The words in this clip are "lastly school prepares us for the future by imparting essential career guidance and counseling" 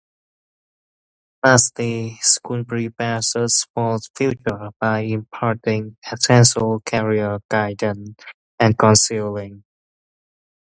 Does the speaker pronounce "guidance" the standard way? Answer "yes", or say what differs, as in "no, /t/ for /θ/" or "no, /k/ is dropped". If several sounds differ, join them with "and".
no, /s/ is dropped